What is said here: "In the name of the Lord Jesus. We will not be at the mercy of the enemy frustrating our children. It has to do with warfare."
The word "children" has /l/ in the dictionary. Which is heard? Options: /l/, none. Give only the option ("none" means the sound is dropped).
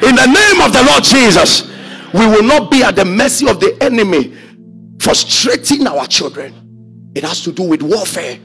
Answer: /l/